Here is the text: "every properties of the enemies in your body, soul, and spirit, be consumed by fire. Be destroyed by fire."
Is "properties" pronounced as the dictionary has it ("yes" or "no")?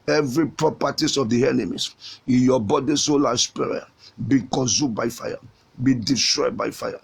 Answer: no